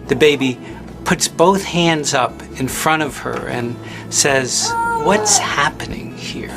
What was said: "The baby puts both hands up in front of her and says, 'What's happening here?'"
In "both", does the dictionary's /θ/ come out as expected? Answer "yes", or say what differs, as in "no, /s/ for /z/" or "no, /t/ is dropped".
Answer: yes